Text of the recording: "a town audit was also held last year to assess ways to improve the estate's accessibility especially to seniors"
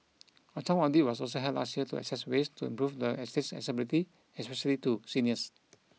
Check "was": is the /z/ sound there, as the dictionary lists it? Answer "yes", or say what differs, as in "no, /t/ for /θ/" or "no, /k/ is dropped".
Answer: no, /s/ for /z/